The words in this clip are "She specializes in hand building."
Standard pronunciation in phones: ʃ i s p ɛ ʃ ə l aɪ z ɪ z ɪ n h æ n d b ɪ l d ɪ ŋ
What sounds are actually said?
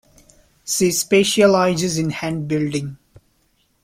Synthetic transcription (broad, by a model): s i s p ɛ ʃ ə l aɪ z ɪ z ɪ n h æ n d b ɪ l d ɪ ŋ